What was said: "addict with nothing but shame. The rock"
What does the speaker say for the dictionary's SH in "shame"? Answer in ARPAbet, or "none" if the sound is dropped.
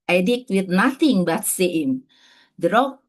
S